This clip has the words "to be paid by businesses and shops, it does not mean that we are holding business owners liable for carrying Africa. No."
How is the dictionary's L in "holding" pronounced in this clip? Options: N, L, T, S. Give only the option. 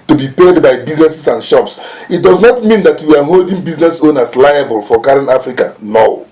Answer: L